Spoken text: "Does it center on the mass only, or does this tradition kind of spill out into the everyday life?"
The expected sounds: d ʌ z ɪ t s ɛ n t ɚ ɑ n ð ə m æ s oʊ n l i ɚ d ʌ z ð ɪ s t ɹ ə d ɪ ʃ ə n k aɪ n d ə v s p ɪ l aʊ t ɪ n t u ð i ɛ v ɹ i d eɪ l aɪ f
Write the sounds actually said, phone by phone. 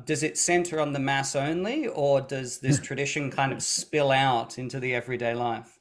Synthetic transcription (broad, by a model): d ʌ z ɪ t s ɛ n t ɚ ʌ n ð ə m æ s oʊ n l i ɚ d ʌ z ð ɪ s t ɹ ə d ɪ ʃ ə n k aɪ n d ə v s p ɪ l aʊ t ɪ n t u ð i ɛ v ɹ i d eɪ l aɪ f